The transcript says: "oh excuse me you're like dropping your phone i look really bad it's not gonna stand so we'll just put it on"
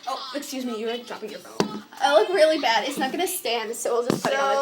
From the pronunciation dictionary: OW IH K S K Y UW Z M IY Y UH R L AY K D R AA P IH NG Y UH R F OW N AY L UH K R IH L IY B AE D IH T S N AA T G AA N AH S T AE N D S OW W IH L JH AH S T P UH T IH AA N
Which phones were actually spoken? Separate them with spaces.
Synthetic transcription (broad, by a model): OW IH K S K Y UW Z M IY Y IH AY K D R AA P IH NG Y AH R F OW IH L UH K R IH L IY B AE D IH T S N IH T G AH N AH S T AE N D S OW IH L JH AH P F IH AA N